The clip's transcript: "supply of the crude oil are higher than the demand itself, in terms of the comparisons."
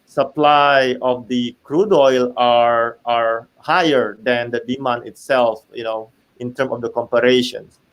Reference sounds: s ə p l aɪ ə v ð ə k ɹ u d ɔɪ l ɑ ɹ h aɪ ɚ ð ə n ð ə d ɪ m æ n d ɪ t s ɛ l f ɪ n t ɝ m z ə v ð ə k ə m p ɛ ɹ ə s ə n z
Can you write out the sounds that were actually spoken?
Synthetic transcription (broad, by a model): s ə p l aɪ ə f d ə k ɹ u d ɔɪ l ɑ ɹ h aɪ ɚ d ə n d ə d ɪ m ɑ n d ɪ t s ɛ l f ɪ n t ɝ m ə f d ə k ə m p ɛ ɹ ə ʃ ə n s